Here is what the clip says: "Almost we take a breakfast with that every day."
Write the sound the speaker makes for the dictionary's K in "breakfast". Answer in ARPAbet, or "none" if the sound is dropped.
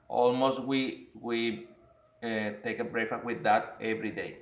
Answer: none